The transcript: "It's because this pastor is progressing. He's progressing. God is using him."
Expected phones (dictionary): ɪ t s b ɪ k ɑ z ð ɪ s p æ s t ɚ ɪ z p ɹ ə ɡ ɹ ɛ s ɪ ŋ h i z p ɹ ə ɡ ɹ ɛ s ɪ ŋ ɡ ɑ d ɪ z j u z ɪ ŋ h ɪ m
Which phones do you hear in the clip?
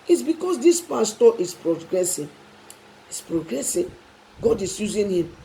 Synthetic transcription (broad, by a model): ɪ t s b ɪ k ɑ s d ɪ s p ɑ s t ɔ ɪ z p ɹ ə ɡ ɹ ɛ s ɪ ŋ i s p ɹ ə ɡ ɹ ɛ s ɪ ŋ ɡ ɑ d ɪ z j u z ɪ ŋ h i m